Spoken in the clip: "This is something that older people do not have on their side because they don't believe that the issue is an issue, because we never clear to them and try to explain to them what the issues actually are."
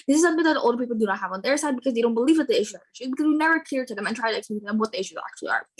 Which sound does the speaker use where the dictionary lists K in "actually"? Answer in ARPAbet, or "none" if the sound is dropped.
K